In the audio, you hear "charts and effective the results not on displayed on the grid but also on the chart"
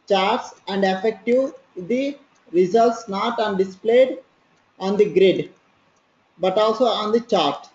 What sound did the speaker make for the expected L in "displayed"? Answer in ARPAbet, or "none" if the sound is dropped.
L